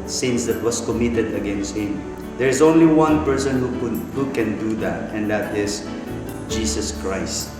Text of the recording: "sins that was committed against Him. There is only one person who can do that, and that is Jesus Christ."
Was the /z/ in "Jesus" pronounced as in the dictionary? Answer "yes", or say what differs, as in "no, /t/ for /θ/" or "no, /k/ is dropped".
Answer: no, /s/ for /z/